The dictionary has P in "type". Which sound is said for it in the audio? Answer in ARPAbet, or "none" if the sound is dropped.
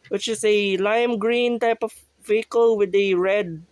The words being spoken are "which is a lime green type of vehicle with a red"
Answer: P